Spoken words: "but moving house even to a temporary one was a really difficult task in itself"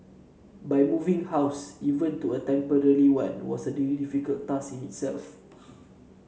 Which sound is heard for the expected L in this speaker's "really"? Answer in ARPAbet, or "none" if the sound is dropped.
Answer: none